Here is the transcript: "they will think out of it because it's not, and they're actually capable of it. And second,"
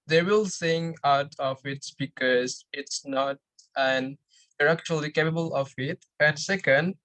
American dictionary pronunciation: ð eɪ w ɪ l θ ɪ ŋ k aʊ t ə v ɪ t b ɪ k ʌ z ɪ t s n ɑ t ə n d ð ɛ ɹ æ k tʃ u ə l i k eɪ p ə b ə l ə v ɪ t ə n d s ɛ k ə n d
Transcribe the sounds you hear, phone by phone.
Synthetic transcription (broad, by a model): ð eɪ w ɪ l s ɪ ŋ aʊ t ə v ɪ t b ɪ k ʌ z ɪ t s n ɑ t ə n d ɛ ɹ æ k tʃ u ə l i k eɪ p ə b ə l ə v ɪ t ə n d s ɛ k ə n d